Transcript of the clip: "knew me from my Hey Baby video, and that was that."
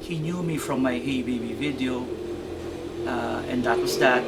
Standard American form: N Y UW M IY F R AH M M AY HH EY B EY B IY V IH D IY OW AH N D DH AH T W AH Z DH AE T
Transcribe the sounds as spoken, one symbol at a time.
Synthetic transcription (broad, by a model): N Y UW M IY F R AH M M AY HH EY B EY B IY V IH D IY OW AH N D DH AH T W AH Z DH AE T